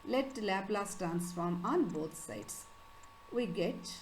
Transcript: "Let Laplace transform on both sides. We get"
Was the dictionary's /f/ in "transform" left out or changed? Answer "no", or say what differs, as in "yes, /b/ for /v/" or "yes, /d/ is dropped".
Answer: no